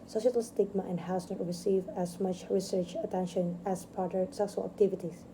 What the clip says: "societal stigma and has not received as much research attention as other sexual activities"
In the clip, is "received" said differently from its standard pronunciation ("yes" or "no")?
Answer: yes